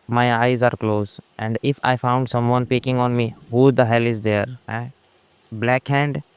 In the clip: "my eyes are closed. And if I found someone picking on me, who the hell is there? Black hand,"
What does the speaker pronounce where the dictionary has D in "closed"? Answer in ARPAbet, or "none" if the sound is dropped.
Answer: none